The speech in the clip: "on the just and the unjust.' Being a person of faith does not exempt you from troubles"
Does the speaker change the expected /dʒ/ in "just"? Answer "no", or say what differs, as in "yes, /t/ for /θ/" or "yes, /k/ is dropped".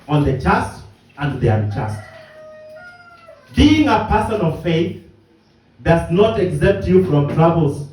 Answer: yes, /tʃ/ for /dʒ/